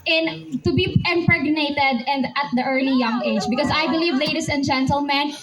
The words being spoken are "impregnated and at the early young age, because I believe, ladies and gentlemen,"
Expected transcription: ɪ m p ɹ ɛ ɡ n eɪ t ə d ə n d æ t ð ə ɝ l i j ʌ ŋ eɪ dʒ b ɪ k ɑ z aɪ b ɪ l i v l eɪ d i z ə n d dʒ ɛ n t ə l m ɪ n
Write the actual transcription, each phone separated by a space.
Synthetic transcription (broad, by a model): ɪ m p ɹ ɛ ɡ n eɪ t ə d ə n d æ t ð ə ɝ l i j ʌ ŋ eɪ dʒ b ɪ k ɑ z aɪ b ɪ l i v l eɪ d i s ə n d dʒ ɛ n t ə l m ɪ n